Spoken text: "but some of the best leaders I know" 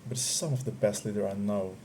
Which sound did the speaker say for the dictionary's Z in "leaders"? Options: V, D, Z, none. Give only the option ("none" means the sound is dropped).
none